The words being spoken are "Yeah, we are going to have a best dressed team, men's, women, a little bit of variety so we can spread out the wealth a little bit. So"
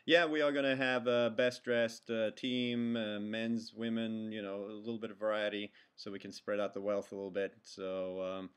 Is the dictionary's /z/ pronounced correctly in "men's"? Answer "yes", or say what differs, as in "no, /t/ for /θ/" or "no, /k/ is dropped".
yes